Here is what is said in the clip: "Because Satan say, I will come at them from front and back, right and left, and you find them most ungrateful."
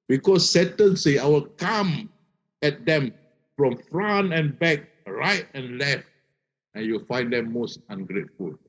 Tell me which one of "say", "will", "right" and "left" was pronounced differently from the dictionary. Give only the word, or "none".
none